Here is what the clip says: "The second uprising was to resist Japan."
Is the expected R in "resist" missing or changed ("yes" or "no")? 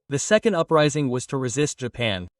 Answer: no